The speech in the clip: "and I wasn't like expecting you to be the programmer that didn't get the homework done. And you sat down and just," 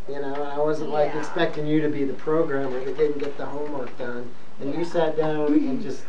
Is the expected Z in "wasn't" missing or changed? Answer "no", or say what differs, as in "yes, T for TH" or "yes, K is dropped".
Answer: no